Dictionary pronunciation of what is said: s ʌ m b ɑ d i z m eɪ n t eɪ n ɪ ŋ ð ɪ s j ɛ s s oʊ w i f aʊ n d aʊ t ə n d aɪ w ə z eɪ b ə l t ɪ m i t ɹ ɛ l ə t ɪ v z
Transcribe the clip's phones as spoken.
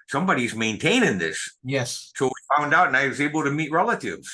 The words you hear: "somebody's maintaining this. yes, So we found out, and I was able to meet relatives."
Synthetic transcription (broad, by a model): s ʌ m b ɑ d i z m eɪ n t eɪ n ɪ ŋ ð ɪ s j ɛ s s oʊ w i f aʊ n d aʊ t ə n aɪ w ə z eɪ b l t ɪ m i t ɹ ɛ l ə t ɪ v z